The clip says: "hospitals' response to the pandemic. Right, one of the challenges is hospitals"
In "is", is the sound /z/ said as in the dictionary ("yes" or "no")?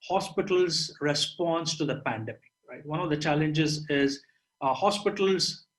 yes